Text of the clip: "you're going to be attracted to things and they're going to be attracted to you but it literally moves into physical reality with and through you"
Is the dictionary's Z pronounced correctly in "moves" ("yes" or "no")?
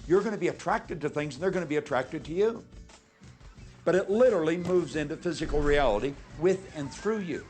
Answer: yes